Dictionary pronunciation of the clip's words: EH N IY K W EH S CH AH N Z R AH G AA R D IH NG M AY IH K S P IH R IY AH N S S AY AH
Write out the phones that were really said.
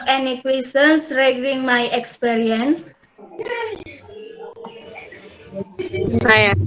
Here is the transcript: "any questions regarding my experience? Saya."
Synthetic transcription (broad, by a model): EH N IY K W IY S AH N S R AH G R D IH NG M AY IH K S P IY R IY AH N S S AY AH